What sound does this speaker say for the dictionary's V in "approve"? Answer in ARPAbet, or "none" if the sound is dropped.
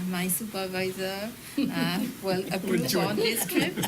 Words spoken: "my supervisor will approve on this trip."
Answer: none